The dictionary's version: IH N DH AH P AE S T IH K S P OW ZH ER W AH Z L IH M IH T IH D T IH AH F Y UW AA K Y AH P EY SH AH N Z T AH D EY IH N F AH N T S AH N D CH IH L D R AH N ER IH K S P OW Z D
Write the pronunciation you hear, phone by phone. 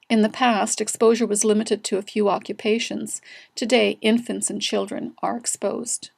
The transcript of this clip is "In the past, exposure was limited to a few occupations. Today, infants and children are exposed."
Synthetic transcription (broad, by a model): IH N DH AH P AE S T IH K S P OW ZH ER W AH Z L IH M IH T IH D T IH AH F Y UW AA K Y AH P EY SH AH N Z T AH D EY IH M F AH N T S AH N CH IH L D R AH N ER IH K S P OW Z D